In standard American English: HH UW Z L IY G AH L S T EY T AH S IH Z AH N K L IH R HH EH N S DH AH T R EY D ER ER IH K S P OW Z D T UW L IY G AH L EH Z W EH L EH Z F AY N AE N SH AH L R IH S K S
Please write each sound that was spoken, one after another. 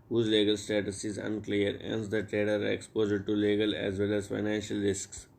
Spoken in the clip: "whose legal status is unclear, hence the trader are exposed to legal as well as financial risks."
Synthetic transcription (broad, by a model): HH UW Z L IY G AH L S T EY T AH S IH Z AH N K L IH R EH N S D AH T R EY D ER ER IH K S P OW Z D T UW L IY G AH L EH Z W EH L EH Z F AY N AE N SH AH L R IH S K S